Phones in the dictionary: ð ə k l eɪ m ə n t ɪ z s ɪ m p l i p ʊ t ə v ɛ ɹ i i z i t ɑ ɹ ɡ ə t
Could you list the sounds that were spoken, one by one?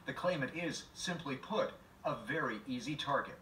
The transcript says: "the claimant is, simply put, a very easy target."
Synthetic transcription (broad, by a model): ð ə k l eɪ m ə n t ɪ z s ɪ m p l i p ʊ t ə v ɛ ɹ i i z i t ɑ ɹ ɡ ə t